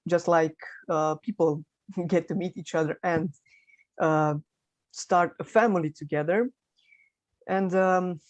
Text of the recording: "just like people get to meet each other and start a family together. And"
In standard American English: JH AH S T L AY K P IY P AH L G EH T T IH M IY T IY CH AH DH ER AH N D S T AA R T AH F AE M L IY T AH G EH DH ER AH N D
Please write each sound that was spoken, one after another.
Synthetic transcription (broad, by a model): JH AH S T L AY K P IY P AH L G EH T T IH M IY T IY CH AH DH ER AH N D S T AA R T AH F AE M L IY T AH G EH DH ER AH N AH